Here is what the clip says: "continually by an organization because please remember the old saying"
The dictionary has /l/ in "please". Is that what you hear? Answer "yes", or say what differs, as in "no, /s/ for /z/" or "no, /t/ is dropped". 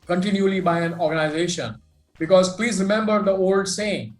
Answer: yes